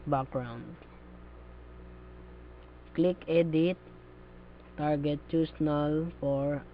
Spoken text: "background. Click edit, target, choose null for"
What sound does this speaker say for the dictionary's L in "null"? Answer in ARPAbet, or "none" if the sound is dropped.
L